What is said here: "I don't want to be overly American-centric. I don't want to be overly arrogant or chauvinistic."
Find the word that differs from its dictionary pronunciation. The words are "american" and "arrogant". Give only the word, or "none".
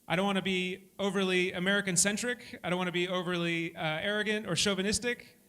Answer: none